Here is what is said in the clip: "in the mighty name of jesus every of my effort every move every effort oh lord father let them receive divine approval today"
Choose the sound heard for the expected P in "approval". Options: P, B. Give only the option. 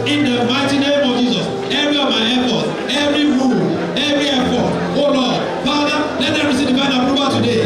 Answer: B